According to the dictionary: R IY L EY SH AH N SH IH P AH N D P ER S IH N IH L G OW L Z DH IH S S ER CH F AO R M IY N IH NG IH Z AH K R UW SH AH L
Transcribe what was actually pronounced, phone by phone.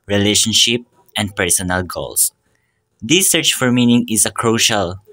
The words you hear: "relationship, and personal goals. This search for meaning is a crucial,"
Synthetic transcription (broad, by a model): R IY L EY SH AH N SH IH P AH N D P ER S IH N IH L G OW L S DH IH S S ER CH F AO R M IY N IH NG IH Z AH K R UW SH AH L